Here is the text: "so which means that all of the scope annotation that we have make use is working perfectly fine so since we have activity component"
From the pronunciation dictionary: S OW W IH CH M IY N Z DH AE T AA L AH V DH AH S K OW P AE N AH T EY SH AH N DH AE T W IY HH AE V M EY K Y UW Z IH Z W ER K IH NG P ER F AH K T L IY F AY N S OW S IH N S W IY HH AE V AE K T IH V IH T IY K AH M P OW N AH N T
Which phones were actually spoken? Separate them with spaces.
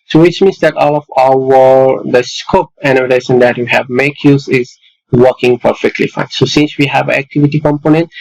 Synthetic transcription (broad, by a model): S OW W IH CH M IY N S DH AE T AA L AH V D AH S K OW P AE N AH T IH S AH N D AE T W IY HH AE V M EY K Y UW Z IH Z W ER K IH NG P ER F AH K T L IY F AY N S OW S IH N S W IY HH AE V AE K T IH V IH T IY K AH M P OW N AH N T